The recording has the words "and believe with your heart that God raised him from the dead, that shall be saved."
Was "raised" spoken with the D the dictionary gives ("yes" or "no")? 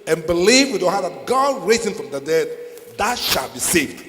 no